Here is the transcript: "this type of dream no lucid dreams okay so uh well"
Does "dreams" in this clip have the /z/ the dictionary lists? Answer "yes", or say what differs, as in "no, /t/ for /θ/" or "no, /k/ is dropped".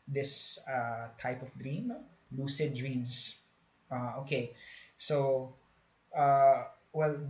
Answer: no, /s/ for /z/